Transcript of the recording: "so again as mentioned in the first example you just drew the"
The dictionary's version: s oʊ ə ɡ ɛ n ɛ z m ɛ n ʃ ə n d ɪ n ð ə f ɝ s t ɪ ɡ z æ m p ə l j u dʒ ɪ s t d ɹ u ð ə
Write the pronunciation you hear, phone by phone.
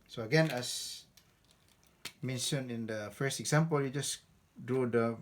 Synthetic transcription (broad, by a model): s oʊ ə ɡ ɛ n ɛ s m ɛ n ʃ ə n ɪ n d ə f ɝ s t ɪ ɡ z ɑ m p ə l j u dʒ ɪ s d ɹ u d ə